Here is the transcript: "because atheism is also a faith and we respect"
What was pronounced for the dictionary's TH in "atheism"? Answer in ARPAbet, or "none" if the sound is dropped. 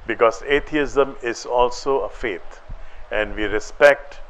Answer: T